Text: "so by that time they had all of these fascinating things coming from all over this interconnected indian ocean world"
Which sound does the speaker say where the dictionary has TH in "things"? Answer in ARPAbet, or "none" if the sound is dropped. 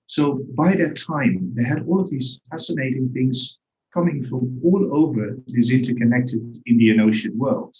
TH